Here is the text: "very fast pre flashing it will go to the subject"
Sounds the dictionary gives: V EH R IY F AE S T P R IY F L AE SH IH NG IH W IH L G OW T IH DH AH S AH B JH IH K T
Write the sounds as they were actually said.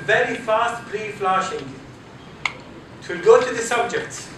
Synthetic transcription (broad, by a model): V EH R IY F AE S T B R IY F L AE SH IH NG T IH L G OW T IH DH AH S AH B JH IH K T